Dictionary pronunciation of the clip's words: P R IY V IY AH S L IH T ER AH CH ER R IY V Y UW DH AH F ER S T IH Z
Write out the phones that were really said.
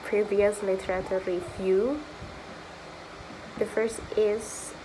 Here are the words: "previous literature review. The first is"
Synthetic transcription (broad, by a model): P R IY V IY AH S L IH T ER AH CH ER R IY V Y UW DH AH F ER S T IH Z